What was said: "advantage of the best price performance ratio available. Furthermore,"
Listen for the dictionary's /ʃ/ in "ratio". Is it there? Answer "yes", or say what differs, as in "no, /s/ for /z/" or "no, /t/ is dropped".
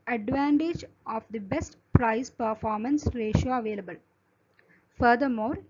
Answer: yes